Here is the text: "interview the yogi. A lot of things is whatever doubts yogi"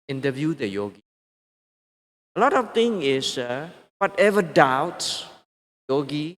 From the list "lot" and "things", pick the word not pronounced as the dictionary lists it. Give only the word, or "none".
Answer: things